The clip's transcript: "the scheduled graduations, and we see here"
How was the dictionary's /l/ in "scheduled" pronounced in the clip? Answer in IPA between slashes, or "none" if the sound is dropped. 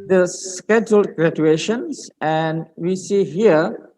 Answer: /l/